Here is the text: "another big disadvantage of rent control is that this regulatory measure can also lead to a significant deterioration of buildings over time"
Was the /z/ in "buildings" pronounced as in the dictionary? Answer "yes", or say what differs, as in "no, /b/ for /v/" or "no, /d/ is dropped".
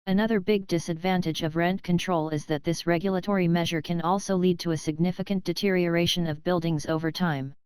yes